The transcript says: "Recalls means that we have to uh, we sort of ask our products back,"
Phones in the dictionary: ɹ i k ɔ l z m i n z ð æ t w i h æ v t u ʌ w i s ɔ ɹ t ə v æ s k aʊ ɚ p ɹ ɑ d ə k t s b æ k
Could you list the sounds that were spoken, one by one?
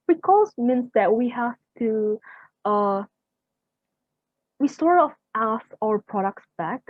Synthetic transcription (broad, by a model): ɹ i k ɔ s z m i n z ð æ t w i h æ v t u ʌ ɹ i s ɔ ɹ ə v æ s aʊ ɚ p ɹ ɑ d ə k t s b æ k